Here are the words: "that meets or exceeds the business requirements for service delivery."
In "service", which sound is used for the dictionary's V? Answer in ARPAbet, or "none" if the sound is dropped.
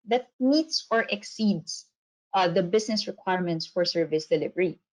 V